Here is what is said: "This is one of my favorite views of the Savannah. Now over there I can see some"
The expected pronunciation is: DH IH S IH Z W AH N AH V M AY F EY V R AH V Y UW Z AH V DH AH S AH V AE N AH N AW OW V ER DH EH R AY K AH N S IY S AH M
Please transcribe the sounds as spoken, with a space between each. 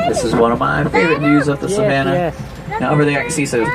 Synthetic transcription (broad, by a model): DH IH S IH Z W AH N AH V M AY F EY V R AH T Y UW Z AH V DH AH S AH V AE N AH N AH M B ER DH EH AY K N S IY S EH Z